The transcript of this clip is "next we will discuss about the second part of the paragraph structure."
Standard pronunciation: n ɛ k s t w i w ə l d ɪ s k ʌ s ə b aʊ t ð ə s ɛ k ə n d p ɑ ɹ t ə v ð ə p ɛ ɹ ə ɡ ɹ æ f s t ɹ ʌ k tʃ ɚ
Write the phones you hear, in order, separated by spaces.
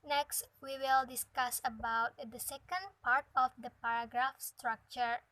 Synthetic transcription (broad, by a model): n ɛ k s t w i w ə l d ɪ s k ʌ s ə b aʊ t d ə s ɛ k ə n d p ɑ ɹ t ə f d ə p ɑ ɹ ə ɡ ɹ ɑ f s t ɹ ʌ k tʃ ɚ